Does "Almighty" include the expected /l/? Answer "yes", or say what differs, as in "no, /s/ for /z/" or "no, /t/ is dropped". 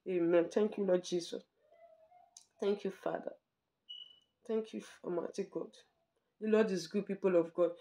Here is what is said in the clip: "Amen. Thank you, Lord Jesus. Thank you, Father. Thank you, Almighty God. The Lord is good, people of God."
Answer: no, /l/ is dropped